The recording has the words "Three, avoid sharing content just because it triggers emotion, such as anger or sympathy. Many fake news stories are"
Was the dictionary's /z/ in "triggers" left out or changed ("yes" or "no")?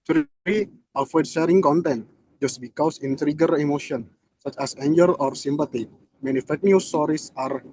yes